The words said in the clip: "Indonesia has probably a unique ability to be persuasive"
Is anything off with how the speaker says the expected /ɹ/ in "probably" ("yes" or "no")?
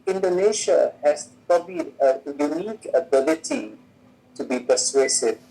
no